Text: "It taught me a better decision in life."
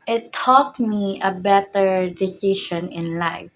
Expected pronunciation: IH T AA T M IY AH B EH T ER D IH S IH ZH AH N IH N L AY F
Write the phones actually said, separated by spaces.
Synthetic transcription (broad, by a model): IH T AA T M IY AH B EH T ER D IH S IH SH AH N IH N L AY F